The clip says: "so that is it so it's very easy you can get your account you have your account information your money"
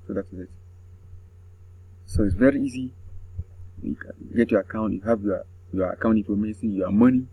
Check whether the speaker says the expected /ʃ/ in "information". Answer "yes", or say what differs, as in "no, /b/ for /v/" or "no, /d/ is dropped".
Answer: no, /s/ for /ʃ/